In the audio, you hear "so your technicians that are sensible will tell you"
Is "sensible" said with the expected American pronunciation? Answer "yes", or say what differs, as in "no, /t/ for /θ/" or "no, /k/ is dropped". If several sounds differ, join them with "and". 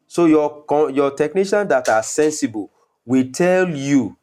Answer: yes